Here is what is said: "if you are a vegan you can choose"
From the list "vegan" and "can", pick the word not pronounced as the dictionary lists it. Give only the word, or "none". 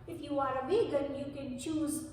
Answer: vegan